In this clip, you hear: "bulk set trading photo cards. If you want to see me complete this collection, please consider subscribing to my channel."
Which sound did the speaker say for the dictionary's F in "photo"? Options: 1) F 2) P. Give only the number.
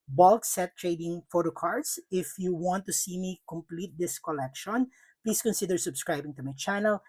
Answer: 1